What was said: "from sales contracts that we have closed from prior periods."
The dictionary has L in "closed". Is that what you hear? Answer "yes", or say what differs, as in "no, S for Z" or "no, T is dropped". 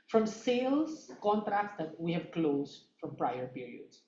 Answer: yes